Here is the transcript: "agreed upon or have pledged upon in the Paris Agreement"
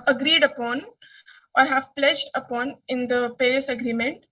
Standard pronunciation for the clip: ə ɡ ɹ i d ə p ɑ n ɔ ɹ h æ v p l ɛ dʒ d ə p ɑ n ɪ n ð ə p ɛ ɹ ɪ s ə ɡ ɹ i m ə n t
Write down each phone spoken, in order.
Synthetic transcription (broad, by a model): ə ɡ ɹ i d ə p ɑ n ɔ ɹ h æ v p l ɛ dʒ d ə p ɑ n ɪ n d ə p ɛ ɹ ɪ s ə ɡ ɹ i m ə n t